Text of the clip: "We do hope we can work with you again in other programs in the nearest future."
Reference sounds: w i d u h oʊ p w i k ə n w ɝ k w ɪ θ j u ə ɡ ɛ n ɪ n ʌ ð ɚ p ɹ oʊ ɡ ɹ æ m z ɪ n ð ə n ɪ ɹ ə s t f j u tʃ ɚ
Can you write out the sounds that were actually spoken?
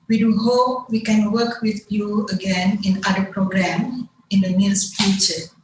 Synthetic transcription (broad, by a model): w i d u h oʊ p w i k ə n w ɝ k w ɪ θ j u ə ɡ ɛ n ɪ n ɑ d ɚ p ɹ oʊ ɡ ɹ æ m ɪ n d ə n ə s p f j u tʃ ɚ